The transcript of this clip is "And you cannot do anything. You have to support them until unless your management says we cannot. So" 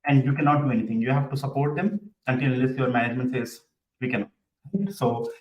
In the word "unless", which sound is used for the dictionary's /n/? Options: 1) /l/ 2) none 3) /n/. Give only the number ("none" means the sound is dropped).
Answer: 2